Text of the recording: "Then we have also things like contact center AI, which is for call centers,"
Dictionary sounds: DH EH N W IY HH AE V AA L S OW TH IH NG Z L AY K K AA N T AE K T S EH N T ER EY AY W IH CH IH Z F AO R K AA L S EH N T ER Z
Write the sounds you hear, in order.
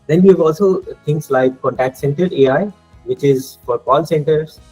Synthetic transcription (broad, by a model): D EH N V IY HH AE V AA L S OW T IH NG S L AY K K AA N T AE K T S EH N T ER EY AY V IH CH IH Z F AO R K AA L S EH N T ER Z